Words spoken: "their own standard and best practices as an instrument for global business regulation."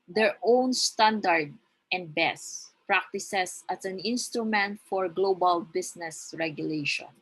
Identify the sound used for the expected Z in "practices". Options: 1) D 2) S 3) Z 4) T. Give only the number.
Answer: 2